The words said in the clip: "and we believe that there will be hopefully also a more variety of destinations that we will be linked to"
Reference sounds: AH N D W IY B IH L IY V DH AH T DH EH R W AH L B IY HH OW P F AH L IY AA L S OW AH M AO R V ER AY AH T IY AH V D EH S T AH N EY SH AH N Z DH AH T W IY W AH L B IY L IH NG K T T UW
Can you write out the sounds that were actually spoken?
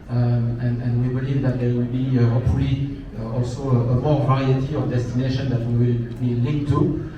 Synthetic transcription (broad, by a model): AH N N W IY B IH L IY V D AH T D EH W AH L B IY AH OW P AH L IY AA L S OW AH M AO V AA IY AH T IY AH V D EH S T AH N EY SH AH N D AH T W IY W AH L B IY L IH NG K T T UW